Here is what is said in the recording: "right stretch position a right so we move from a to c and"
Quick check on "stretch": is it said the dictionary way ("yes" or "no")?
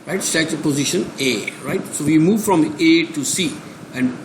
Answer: no